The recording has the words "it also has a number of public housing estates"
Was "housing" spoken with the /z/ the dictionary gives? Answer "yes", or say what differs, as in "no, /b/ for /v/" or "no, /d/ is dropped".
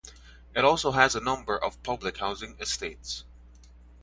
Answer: yes